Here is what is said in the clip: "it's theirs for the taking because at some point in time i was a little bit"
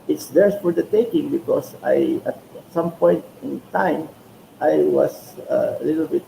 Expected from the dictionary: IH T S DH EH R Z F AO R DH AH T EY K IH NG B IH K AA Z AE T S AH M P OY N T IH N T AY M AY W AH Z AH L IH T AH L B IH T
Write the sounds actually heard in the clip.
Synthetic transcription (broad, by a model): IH T S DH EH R S F AO R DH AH T EY K IH NG B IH K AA S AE T S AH M P OY N T IH N T AY M AY W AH S AH L IH T AH L B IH T